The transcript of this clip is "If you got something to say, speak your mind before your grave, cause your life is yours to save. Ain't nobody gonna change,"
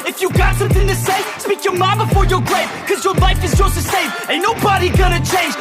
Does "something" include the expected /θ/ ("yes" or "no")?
yes